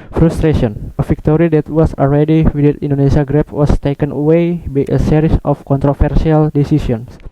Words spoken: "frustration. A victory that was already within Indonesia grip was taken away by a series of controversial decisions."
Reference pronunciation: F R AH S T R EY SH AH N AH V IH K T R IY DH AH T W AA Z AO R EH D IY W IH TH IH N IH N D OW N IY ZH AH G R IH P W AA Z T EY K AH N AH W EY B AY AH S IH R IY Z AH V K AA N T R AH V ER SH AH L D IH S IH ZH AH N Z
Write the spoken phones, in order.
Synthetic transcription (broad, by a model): F R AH S T R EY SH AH N AH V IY K T R IY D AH T W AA S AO L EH D IY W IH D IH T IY N D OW N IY S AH G R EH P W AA S T EY K AH N AH W EY B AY AH S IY R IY S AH F K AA N T R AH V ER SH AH L D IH S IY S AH N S